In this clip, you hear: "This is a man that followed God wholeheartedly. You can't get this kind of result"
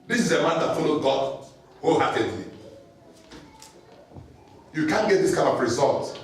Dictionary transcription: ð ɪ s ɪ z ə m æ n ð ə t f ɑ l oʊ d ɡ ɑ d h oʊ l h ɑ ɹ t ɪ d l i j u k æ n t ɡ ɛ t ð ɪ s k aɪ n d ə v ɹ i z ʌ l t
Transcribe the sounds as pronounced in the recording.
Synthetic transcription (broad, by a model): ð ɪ s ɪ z ə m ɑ n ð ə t f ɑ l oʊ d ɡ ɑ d h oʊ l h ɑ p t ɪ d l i j u k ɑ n ɡ ɛ t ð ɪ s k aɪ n ə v ɹ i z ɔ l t